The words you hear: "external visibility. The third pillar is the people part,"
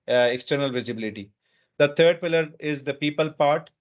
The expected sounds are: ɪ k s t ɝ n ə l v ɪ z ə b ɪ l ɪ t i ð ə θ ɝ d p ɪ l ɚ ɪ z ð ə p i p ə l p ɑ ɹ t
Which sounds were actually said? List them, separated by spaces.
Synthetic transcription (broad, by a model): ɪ k s t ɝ n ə l v ɪ z ə b ɪ l ɪ t i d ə t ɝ d p ɪ l ɚ ɪ z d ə p i p ə l p ɑ ɹ t